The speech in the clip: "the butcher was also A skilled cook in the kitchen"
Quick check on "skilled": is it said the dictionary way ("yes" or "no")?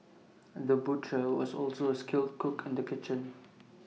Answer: yes